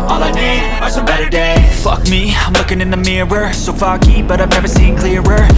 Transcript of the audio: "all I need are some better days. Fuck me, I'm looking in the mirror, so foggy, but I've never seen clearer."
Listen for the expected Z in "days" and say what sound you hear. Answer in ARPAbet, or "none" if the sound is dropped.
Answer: none